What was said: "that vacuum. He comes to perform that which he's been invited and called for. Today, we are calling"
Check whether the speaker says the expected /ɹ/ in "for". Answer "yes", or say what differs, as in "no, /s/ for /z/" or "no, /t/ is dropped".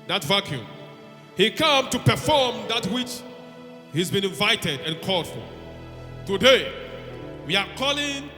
no, /l/ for /ɹ/